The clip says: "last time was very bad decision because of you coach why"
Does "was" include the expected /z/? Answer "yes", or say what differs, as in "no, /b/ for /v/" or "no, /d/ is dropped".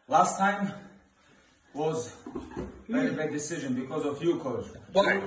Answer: yes